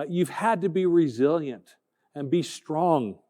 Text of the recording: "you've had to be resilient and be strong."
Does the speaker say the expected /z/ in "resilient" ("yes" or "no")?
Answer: yes